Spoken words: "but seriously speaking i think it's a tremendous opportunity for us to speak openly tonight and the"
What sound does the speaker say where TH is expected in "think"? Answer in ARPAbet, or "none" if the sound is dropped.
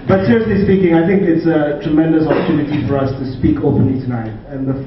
TH